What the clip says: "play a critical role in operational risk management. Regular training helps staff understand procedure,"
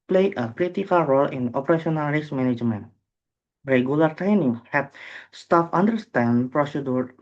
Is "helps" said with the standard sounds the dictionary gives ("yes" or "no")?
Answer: no